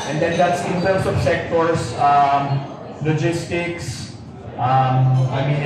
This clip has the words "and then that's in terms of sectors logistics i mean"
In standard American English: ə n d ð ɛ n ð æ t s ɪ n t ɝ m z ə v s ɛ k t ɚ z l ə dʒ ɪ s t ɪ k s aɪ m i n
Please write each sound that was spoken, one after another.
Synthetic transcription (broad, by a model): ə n d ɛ n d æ t s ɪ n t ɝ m s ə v s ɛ k t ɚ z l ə dʒ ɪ s t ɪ k s aɪ m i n